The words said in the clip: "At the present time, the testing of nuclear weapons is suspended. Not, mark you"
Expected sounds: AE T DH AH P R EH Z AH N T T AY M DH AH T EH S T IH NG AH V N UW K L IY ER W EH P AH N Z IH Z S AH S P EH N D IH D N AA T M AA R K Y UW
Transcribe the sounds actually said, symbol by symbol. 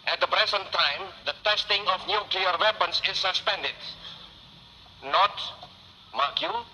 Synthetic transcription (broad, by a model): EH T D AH B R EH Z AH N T T AY M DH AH T EH S T IH NG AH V N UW K L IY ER W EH P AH N S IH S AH S P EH N D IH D N AA T M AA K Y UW